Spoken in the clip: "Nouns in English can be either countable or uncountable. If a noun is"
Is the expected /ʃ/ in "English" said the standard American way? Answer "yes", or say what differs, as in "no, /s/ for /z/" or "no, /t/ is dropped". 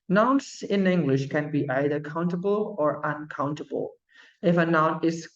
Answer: yes